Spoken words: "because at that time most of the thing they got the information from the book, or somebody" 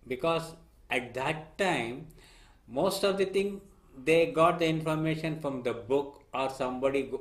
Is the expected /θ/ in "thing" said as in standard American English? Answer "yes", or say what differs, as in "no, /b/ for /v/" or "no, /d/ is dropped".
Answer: no, /t/ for /θ/